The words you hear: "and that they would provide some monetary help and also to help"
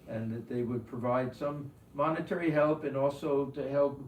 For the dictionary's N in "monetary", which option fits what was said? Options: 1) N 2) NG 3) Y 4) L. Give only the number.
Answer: 1